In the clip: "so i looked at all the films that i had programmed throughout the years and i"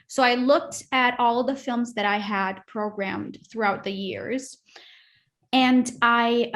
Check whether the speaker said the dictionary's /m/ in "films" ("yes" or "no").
yes